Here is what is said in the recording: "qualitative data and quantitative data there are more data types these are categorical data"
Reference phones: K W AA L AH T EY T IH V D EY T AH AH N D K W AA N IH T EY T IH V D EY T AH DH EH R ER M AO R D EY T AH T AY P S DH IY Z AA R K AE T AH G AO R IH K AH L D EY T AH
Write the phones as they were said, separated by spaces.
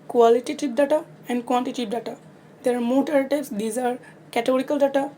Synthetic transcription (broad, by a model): K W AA L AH T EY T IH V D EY T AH AH N D K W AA N T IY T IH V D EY T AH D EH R M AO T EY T T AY B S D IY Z AA R K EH T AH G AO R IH K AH L D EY T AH